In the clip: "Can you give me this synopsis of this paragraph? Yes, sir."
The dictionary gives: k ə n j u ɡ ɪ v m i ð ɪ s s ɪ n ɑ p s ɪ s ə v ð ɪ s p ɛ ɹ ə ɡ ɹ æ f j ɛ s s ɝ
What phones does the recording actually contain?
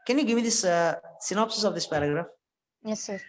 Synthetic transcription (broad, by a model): k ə n j u ɡ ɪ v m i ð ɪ s s ɪ n ɑ p s ɪ s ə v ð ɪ s p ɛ ɹ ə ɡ ɹ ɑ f j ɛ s s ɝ